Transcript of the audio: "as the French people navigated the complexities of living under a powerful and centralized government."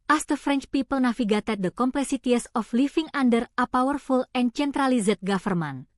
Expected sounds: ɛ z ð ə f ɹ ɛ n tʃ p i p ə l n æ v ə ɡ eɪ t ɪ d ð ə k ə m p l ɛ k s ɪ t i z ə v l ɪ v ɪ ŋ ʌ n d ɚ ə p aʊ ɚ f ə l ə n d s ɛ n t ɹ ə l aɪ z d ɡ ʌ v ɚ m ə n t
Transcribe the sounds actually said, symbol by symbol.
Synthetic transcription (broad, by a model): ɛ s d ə f ɹ ɛ n tʃ p i p ə l n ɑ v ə ɡ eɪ t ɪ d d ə k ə m p l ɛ s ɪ t i s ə f l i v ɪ ŋ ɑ n d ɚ ə p aʊ ɚ f ə l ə n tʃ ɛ n t ɹ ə l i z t ɡ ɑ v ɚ m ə n